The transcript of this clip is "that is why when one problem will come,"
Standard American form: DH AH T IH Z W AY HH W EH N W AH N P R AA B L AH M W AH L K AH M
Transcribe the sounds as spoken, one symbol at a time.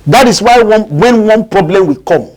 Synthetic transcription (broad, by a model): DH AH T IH S W AY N W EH N W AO N P R AA B L AH M W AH K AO M